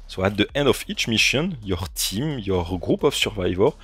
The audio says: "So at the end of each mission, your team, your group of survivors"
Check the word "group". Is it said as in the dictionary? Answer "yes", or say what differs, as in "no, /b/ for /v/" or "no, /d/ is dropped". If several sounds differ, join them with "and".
yes